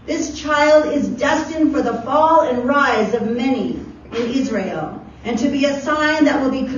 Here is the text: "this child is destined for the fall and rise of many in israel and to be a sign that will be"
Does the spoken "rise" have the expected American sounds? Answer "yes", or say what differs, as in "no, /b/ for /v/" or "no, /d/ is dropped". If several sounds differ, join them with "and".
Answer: yes